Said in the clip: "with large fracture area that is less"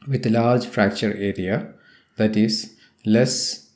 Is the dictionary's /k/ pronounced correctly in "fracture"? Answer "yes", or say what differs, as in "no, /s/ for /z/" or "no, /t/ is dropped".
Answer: yes